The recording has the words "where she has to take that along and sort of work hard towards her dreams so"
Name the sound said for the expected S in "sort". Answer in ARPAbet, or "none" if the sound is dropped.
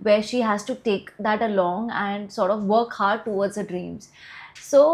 S